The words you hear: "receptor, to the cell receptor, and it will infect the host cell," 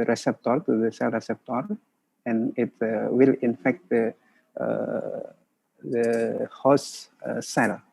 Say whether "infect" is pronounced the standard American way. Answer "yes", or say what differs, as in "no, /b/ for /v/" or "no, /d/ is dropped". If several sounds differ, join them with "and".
yes